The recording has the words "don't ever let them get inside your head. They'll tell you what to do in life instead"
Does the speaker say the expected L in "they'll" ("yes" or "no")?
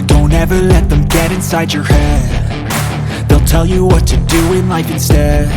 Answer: yes